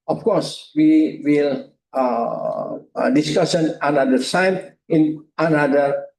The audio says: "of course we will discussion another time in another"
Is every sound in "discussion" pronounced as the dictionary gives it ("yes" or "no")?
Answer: no